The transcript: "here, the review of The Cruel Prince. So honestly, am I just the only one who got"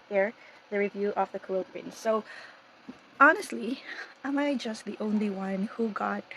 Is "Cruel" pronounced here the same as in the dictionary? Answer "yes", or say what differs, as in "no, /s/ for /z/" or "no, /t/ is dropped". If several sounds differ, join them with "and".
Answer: no, /l/ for /ɹ/